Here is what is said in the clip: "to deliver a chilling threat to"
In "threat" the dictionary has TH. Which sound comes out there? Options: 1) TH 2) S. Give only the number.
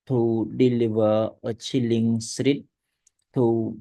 2